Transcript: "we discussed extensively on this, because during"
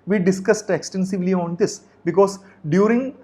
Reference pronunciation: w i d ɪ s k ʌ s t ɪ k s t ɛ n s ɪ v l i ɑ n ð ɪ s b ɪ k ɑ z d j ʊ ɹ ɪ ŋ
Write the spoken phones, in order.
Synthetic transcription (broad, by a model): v i d ɪ s k ʌ s t ɪ k s t ɛ n s ɪ v l i ɑ n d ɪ s b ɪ k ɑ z d j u ɹ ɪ ŋ